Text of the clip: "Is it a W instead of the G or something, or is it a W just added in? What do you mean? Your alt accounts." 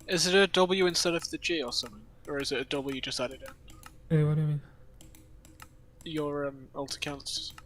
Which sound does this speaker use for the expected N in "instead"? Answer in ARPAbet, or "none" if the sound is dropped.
N